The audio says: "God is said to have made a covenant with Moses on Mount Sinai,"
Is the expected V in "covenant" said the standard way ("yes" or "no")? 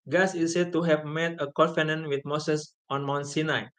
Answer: no